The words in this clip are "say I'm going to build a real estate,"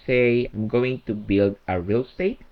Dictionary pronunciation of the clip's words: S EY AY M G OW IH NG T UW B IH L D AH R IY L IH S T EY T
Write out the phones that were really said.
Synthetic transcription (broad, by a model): S EY AY M G OW IH NG T UW B IH L D AH R IY L S T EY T